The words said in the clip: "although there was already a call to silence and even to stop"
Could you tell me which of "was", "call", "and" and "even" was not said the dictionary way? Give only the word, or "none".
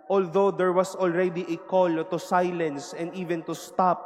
was